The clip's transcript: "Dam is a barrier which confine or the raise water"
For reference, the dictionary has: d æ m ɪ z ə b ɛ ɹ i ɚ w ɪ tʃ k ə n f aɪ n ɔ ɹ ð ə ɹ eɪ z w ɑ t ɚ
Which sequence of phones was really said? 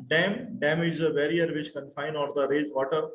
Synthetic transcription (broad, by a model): d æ m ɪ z ə b ɛ ɹ i ɚ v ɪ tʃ k ə n f aɪ n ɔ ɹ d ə ɹ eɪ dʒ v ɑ t ɚ